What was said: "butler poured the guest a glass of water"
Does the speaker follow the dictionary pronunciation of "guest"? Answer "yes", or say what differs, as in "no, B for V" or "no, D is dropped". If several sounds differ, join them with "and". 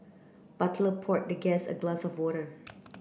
no, T is dropped